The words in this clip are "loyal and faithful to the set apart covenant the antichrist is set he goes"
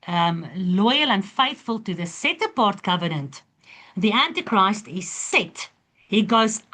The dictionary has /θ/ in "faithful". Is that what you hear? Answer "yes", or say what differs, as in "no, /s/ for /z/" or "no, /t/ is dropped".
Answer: yes